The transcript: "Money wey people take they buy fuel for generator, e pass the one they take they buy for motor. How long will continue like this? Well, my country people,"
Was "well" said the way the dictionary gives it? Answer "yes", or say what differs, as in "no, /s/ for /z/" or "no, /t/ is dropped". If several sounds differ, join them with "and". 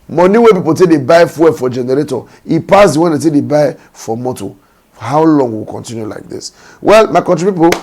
yes